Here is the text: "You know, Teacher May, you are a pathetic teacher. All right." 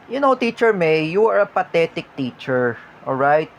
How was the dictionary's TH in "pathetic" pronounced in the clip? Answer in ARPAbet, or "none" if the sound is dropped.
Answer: T